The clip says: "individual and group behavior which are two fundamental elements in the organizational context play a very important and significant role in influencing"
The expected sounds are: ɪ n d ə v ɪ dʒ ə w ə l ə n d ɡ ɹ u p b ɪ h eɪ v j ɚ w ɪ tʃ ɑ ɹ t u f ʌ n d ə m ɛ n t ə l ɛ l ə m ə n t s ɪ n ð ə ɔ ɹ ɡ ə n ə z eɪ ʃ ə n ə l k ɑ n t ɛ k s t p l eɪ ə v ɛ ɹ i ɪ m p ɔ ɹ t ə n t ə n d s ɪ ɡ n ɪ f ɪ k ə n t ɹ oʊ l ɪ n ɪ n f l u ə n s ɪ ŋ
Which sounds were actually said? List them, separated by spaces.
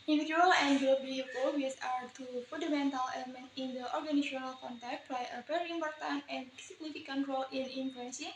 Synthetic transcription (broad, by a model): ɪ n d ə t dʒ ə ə l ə n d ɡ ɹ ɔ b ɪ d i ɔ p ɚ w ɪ s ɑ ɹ t u f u n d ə m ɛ n t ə l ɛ l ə m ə n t ɪ n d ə ɔ ɹ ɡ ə n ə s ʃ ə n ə l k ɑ n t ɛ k t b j ə p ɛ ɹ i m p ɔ ɹ t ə n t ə n s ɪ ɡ n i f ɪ k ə n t ɹ oʊ l ɪ n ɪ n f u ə n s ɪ